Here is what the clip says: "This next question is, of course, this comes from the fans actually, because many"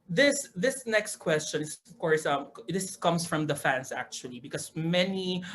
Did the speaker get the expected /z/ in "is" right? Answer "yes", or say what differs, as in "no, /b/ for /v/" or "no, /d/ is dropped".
no, /s/ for /z/